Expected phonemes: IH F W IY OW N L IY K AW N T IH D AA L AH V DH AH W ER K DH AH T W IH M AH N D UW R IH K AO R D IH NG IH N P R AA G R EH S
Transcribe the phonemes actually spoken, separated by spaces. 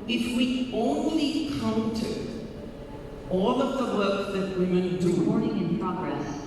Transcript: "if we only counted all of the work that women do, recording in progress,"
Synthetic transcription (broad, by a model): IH F W IY OW N L IY K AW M T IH AA L AH V DH AH W ER K DH AH T W IH M AH N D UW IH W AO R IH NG IH N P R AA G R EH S